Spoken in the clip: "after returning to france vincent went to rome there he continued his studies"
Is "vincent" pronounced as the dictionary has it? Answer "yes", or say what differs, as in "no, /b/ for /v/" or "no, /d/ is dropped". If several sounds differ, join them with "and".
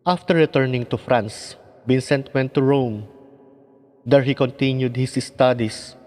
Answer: no, /b/ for /v/